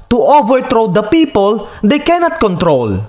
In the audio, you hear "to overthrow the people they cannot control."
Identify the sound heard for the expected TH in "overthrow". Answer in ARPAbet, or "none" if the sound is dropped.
T